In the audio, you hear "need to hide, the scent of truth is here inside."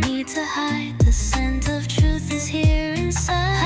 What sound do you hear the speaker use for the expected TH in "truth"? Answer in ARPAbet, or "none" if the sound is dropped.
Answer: TH